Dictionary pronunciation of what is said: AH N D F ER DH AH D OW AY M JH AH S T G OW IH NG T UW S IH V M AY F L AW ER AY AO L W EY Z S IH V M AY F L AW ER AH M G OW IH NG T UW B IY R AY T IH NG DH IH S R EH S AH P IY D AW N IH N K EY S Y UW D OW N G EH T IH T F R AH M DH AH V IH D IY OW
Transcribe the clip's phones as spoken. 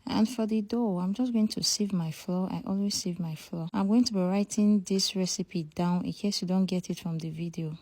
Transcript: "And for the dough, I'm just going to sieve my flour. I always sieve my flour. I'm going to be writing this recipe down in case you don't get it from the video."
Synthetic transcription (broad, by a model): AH N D F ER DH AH D OW AY M JH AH S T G OW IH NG T UW S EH V M AY F L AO AY AO L W EY Z S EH V M AY F L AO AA AH M G OW IH NG T UW B IY R AY T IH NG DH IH S R EH S AH P IY D AW N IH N K EY S Y UW D OW N G EH T IH T F R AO M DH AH V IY D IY OW